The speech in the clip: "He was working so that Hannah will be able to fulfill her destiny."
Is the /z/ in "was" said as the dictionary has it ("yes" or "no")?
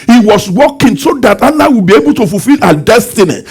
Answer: no